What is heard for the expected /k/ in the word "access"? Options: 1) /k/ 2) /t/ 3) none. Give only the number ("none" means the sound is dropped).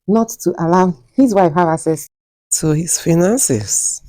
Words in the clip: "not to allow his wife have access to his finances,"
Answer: 3